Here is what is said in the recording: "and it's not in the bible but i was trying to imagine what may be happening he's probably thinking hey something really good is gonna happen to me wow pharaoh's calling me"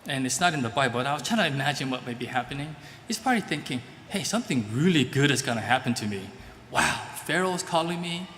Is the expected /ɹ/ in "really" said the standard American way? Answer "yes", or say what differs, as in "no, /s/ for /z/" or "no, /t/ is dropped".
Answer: yes